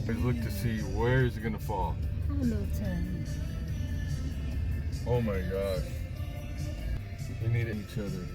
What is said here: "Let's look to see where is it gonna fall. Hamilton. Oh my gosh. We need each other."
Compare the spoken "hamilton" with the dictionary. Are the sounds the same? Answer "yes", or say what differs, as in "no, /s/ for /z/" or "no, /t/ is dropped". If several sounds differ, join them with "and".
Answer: no, /l/ is dropped